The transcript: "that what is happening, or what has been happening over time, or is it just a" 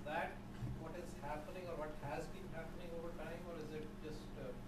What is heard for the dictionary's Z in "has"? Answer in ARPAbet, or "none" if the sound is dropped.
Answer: Z